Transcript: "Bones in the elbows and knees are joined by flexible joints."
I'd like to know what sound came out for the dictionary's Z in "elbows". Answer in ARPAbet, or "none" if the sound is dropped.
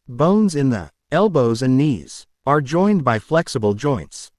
Z